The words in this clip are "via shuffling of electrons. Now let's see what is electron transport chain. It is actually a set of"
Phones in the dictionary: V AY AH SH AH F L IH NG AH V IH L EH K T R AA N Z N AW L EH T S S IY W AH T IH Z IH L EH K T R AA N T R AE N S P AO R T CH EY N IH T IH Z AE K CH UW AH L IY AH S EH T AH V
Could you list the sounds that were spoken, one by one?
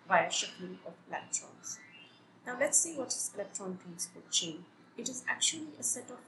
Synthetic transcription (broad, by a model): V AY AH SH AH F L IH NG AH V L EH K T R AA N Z N AW L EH T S S IY W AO T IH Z L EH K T AA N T AE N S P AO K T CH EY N IH T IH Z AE K CH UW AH L IY AH S EH T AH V